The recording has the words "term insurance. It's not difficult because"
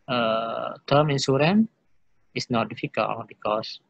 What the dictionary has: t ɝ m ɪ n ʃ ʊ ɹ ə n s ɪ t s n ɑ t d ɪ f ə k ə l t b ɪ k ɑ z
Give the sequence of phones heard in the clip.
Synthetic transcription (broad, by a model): t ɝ m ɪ n s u ɹ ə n ɪ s n ɑ t d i f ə k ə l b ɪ k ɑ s